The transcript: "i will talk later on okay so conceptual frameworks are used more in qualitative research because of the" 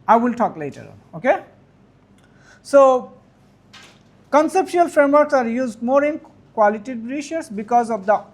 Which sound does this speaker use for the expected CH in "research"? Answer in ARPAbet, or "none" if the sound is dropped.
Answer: S